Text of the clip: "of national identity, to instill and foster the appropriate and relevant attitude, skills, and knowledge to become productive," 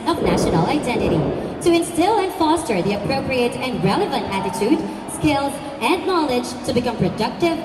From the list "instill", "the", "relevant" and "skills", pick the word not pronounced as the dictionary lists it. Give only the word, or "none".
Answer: none